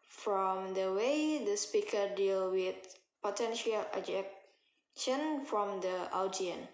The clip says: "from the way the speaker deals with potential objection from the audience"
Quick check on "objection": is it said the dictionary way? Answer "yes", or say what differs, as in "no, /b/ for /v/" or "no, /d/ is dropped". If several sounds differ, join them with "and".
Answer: no, /b/ is dropped